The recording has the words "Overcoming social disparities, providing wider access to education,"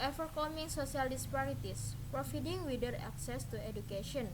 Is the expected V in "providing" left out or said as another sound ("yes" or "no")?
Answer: yes